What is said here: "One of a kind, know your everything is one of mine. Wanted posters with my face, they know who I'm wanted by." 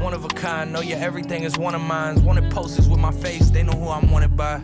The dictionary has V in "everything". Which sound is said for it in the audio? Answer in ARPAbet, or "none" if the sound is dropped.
V